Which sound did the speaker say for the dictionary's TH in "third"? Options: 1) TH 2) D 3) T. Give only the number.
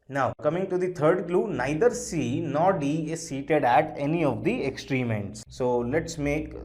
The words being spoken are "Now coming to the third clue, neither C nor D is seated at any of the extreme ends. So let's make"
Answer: 3